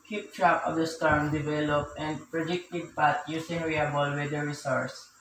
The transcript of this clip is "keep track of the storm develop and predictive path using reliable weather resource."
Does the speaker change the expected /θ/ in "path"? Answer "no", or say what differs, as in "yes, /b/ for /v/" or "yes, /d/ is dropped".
yes, /t/ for /θ/